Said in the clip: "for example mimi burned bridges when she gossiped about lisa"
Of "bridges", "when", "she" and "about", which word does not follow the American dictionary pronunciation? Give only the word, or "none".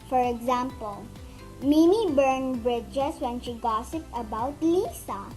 bridges